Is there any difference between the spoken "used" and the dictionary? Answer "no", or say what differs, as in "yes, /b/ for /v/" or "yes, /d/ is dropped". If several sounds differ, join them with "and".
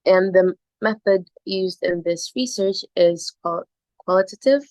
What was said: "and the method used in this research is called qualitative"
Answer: no